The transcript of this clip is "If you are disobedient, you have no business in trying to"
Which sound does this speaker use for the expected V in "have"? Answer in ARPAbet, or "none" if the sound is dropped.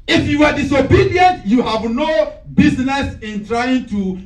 V